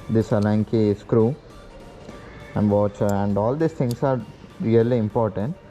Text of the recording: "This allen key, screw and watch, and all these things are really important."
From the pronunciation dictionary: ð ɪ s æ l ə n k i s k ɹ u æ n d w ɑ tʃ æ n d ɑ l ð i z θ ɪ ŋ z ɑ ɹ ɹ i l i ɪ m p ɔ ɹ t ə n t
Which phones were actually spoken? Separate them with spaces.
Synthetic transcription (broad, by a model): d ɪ s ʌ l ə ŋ k i s k ɹ u æ n d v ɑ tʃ æ n d ɑ l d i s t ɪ ŋ s ɑ ɹ ɹ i l i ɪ m p ɔ ɹ t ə n t